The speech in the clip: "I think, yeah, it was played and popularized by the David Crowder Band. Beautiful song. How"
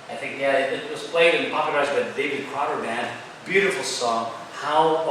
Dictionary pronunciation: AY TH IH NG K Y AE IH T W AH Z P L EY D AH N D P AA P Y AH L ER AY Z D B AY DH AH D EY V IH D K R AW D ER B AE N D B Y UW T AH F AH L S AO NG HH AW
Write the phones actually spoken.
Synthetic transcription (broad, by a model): AY TH IH NG K Y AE IH T W AH Z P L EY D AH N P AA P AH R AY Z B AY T D EY V IH D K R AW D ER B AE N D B Y UW T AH F L S AO NG HH AW